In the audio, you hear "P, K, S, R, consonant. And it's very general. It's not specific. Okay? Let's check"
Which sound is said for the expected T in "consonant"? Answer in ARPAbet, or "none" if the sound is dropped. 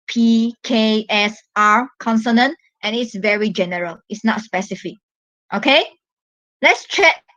T